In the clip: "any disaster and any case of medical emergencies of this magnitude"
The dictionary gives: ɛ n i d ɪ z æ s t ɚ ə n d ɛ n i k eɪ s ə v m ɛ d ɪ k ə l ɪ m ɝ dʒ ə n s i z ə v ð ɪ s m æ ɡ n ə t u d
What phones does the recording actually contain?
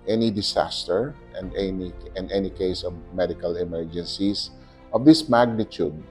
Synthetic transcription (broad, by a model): ɛ n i d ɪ s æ s t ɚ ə n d ɛ n i k eɪ s ə v m ɛ d ɪ k ə l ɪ m ɝ dʒ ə n s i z ə v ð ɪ s m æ ɡ n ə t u d